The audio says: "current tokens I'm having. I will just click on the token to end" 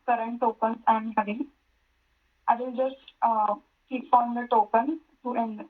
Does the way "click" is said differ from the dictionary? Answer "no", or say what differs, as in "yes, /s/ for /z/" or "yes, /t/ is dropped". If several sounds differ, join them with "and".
yes, /l/ is dropped